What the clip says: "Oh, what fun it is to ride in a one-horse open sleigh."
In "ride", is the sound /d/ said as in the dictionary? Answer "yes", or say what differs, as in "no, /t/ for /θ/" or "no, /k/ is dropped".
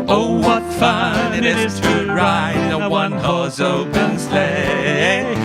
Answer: no, /d/ is dropped